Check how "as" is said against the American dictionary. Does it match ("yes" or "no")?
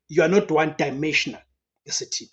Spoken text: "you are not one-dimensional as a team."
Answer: no